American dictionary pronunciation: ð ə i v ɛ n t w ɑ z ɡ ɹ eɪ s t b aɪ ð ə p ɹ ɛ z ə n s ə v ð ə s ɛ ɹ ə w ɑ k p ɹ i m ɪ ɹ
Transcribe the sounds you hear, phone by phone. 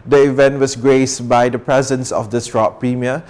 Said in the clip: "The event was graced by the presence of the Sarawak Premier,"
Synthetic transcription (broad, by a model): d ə i v ɛ n t w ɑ s ɡ ɹ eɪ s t b aɪ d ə p ɹ ɛ z ə n s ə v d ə s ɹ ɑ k p ɹ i m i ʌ